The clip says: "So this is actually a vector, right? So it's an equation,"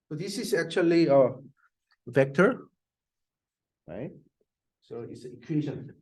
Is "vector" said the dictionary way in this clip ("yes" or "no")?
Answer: yes